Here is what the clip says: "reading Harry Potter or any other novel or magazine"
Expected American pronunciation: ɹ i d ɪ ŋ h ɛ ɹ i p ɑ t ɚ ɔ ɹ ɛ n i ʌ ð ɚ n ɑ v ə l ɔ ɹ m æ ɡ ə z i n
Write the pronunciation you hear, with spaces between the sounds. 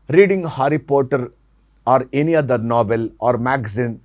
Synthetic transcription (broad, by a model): ɹ i d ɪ ŋ h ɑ ɹ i p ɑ t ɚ ɔ ɹ ɛ n i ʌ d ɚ n ɑ v ə l ɔ ɹ m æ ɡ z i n